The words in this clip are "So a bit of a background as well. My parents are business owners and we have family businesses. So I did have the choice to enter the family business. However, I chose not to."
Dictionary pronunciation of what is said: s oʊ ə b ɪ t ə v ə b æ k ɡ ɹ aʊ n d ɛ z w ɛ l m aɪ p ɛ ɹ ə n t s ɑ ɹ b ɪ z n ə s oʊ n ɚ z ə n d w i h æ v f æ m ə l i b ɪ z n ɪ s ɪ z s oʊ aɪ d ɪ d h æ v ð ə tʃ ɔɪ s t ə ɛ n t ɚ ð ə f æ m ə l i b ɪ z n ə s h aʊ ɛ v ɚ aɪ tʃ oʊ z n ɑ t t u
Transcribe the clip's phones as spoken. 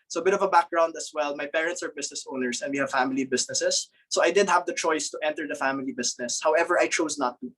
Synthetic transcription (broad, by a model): s oʊ ə b ɪ t ə v ə b æ k ɡ ɹ aʊ n d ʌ s w ɛ l m aɪ p ɛ ɹ ə n t s ɑ ɹ b ɪ s n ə s oʊ n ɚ s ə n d w i h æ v f æ m ə l i b ɪ s n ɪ s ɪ s oʊ aɪ d ɪ d h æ v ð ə tʃ ɔɪ s t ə ɛ n t ɚ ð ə f æ m ə l i b ɪ s n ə s h aʊ ɛ v ɚ aɪ tʃ oʊ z n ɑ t t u